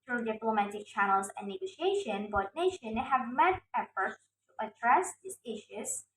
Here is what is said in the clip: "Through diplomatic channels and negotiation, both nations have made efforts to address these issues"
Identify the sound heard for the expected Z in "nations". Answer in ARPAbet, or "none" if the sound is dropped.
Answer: none